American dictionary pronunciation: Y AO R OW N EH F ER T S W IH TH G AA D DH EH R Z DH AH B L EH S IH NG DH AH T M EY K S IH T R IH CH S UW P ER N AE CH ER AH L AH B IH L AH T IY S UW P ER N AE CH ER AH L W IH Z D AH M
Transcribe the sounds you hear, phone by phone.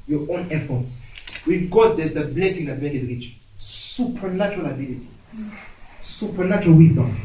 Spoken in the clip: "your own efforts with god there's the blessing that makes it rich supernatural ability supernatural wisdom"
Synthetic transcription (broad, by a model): Y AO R OW N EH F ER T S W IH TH G AA D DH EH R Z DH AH B L EH S IH NG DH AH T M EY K IH T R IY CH S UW P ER N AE CH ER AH L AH B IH L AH T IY S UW P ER N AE CH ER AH L W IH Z D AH M